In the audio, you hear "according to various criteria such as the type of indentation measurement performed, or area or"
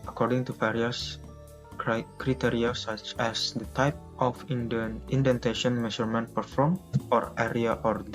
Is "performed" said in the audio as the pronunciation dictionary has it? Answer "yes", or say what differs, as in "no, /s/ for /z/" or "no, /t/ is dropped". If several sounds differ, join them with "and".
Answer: no, /d/ is dropped